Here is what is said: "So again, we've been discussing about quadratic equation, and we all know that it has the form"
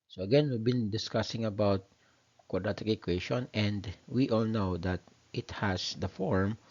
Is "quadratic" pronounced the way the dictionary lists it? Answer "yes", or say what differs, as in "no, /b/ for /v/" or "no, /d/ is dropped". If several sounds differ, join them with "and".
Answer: no, /ɹ/ is dropped